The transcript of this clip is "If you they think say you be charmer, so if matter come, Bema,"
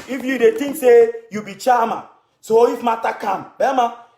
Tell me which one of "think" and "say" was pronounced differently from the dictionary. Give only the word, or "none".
think